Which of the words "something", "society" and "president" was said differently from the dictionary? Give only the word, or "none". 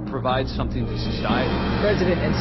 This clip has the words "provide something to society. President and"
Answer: none